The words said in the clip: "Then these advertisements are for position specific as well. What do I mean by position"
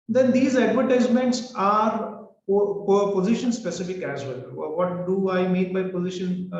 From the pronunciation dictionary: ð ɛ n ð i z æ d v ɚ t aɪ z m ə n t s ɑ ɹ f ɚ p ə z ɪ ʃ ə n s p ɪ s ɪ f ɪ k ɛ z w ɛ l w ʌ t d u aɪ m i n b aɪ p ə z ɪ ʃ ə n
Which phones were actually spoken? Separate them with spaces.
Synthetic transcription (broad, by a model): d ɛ n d i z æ d v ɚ t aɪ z m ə n t s ɑ ɹ p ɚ p ə z ɪ ʃ ə n s p ɪ s ɪ f ɪ k ɛ z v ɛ l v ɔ t d u aɪ m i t b aɪ p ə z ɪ ʃ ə n